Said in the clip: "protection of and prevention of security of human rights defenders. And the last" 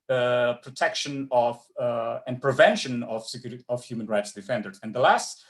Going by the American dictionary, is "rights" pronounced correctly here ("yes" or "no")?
yes